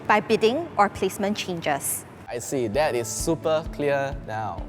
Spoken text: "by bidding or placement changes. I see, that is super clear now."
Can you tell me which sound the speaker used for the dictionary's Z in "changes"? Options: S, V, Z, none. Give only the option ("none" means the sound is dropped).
S